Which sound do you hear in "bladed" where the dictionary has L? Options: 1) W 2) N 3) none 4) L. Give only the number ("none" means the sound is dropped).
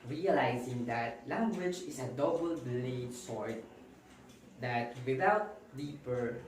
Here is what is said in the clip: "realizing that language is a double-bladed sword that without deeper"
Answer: 3